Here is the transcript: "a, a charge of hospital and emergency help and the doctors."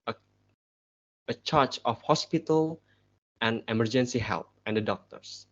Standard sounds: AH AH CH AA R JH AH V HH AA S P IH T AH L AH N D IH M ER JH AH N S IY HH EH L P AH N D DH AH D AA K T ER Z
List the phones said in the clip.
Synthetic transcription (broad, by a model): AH AH CH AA R CH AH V HH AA S P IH T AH L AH N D IH M ER JH AH N S IY HH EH L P AH N D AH D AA K T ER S